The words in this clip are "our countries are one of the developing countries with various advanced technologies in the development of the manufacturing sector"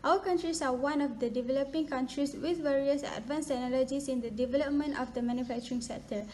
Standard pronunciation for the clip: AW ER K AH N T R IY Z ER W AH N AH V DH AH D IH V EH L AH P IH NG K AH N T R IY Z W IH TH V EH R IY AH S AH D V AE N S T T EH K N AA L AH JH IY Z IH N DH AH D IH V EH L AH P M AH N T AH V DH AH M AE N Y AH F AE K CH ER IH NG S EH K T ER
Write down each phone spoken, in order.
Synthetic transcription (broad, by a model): AW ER K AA N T R IY S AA W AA N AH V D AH D IH V EH L AH P IH NG K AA N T R IY S W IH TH V EH R IY AH S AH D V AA N S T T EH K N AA L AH JH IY S IH N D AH D IH V EH L AH P M AH N T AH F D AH M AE N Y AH F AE K CH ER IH NG S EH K T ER